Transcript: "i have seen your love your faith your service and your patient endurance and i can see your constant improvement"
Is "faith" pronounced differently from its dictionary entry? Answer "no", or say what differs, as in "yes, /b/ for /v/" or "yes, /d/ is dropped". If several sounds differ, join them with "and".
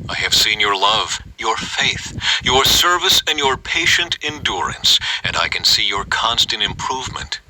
no